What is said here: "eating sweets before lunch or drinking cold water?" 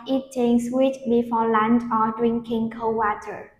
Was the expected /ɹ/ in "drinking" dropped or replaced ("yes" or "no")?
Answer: no